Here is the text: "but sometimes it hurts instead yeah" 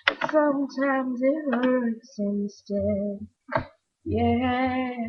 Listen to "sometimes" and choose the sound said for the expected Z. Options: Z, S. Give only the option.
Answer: Z